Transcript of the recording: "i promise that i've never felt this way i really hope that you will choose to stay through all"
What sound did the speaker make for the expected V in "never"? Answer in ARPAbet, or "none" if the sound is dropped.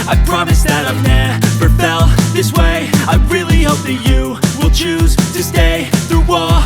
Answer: P